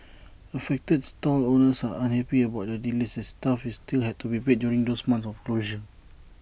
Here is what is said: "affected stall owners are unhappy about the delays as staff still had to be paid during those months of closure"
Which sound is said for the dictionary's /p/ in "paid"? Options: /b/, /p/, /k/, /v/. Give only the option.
/b/